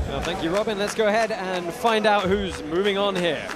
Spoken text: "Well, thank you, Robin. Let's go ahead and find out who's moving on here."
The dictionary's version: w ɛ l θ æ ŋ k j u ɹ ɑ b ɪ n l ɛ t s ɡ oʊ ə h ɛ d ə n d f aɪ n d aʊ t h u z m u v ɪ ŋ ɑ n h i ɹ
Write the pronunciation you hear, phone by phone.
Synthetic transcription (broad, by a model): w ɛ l θ æ ŋ k j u ɹ ɑ b ɪ n l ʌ t s ɡ oʊ ə h ɛ d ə n f aɪ n d aʊ t h u z m u v ɪ ŋ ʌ n h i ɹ